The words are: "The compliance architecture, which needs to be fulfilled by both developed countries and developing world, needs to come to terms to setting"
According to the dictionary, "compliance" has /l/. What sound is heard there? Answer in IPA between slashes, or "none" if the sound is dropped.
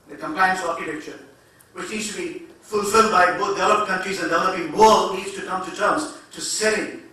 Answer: none